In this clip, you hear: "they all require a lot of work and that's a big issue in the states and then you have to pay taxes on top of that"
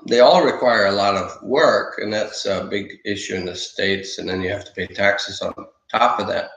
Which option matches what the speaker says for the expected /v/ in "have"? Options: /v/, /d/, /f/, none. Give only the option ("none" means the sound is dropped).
/f/